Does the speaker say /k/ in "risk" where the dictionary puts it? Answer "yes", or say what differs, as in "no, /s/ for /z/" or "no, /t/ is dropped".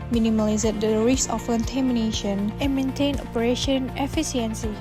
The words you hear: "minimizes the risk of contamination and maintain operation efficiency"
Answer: no, /k/ is dropped